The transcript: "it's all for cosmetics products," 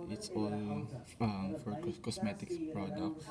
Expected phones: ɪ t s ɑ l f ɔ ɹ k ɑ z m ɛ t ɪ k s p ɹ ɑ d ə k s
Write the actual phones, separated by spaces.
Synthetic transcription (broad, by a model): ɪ t s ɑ l f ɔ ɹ k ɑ s m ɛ t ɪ k s p ɹ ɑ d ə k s